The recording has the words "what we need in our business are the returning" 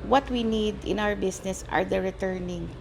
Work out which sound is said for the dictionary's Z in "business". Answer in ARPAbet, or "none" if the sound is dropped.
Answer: S